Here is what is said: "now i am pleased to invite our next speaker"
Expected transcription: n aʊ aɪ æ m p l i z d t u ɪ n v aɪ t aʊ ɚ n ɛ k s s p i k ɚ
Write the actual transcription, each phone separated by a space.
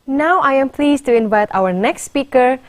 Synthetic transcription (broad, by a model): n aʊ aɪ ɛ m p l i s t u ɪ n v aɪ t aʊ ɚ n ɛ k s s p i k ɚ